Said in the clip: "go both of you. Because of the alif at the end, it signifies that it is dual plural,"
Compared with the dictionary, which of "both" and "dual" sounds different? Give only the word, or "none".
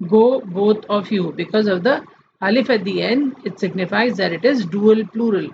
both